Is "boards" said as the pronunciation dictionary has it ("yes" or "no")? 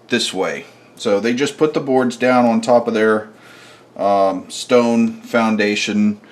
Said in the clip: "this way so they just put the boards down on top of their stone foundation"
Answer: yes